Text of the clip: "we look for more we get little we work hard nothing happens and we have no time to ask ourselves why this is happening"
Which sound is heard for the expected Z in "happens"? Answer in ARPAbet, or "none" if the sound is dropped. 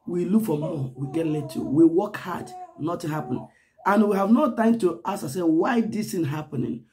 none